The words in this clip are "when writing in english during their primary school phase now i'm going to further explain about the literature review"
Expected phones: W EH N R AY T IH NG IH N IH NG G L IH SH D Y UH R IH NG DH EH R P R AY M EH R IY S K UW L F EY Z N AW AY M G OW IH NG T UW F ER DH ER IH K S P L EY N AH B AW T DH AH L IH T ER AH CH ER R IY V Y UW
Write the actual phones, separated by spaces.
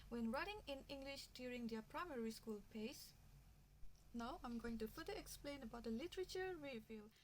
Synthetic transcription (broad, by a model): W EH N R AY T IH NG IH N IH NG G L IH SH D Y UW R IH NG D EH P R AY M EH R IY S K UW L P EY S N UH AY M G OW IH NG T UW F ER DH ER IH K S P L EY N AH B AW T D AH L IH T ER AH CH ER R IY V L